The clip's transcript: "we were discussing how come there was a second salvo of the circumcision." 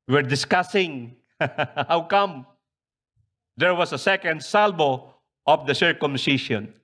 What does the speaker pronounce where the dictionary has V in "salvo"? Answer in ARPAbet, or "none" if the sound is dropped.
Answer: B